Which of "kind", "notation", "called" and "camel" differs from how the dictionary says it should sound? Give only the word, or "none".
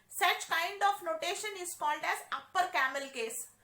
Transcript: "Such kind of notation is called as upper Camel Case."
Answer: none